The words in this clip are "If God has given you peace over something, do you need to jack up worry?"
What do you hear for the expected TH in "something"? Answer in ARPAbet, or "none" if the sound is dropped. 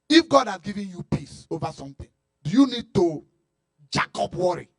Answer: T